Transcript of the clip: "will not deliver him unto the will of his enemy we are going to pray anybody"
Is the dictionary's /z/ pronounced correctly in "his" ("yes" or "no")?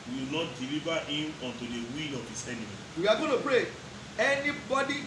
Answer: no